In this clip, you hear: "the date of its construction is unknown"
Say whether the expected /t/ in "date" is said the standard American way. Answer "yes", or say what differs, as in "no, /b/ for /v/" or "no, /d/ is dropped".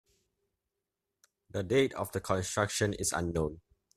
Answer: yes